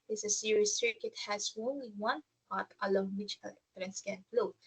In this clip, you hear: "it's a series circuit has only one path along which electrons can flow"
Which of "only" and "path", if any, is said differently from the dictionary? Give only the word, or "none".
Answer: path